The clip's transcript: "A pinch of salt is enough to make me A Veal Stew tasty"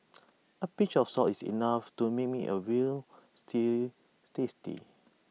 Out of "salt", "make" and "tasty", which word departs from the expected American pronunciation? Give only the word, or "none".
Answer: salt